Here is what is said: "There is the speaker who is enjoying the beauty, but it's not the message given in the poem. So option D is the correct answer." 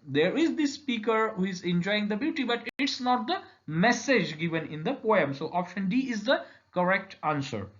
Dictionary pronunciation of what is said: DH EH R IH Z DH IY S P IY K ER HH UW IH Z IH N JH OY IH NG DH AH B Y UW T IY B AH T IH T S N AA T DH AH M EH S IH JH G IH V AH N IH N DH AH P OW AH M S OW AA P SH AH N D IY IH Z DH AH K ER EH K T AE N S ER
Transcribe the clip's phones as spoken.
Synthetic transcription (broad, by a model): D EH R IH Z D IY S P IY K ER HH UW IH Z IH N JH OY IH NG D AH B Y UW T IY B AH T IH T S N AA T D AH M EH S IH JH G IH V AH N IH N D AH P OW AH M S OW AA P SH AH N D IY IH Z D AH K ER EH K T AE N S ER